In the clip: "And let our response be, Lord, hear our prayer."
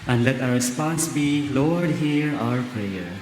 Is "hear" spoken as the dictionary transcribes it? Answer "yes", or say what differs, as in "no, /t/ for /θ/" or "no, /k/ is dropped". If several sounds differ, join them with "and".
yes